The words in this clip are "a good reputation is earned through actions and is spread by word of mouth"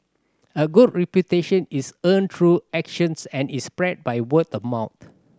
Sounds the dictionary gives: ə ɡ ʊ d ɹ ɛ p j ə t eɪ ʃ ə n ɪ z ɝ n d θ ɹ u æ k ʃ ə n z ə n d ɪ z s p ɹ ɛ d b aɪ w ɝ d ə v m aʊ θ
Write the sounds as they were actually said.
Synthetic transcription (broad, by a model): ə ɡ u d ɹ ɛ p j ə t eɪ ʃ ə n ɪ s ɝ n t ɹ u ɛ k ʃ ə n s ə n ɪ s p ɹ ɛ d b aɪ w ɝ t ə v m aʊ t